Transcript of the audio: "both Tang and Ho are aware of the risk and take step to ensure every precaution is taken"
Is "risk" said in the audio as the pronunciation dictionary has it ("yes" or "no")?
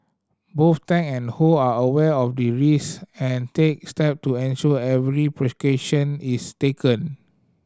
no